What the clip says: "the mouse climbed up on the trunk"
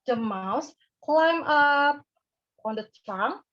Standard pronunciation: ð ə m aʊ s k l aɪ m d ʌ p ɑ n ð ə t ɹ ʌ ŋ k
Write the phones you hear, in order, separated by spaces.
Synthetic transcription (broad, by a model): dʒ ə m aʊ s k l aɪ m ʌ p ɑ n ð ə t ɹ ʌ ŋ